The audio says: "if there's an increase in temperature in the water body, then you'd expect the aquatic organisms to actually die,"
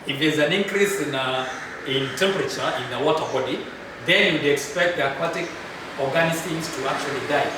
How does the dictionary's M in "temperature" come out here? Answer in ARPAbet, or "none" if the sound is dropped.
M